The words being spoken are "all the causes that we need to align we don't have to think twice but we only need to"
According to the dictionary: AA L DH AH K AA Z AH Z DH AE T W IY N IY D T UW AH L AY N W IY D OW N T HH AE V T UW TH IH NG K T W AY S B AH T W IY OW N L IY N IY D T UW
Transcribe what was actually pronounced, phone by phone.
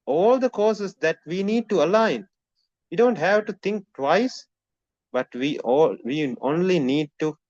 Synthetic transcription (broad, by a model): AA L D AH K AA S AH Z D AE T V IY N IY D T UW AH L AY N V IY D OW N T HH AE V T UW T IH NG K T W AY S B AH T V IY OW N L IY N IY D T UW